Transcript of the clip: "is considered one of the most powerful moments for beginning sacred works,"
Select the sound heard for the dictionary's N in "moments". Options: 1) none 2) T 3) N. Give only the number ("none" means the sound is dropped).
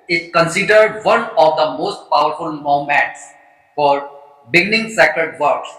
1